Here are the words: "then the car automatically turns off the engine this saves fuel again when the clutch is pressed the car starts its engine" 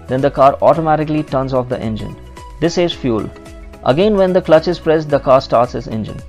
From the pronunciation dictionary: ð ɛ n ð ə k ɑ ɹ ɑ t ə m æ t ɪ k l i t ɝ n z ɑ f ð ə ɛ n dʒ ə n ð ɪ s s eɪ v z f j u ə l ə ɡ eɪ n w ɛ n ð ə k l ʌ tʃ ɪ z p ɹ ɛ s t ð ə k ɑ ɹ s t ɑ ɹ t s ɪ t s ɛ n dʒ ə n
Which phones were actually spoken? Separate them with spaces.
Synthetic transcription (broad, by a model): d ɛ n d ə k ɑ ɹ ɑ t ə m æ t ɪ k l i t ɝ n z ɑ f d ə ɛ n dʒ ə n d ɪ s s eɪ z f j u l ə ɡ eɪ n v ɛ n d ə k l ʌ tʃ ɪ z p ɹ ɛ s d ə k ɑ ɹ s t ɑ ɹ t s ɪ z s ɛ n dʒ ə n